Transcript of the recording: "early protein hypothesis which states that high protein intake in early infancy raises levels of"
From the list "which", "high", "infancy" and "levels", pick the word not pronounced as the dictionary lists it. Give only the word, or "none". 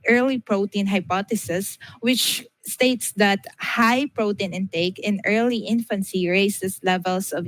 levels